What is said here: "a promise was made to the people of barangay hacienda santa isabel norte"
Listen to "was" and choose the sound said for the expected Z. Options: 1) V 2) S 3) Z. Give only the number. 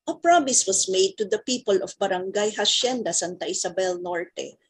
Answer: 2